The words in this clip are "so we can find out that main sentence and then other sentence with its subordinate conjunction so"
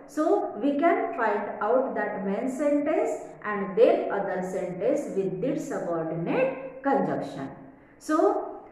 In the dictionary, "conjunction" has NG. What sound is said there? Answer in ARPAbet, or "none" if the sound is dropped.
none